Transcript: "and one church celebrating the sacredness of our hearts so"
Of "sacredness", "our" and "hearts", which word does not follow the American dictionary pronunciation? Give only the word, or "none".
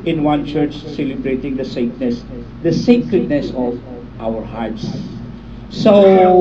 none